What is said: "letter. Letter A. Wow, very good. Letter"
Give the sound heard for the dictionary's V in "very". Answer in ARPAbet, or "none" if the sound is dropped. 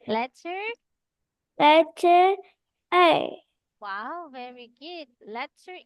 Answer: V